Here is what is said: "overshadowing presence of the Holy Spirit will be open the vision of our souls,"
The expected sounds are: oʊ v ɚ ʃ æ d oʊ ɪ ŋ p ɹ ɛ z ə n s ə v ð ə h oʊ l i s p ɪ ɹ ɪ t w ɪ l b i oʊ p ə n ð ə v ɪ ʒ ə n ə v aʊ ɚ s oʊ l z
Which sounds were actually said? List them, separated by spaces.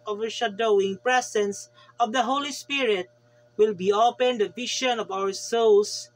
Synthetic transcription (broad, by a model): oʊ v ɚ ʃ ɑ d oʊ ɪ ŋ p ɹ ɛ s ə n s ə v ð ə h oʊ l i s p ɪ ɹ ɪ t w ɪ l b i oʊ p ə n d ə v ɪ ʃ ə n ə v aʊ ɚ s oʊ l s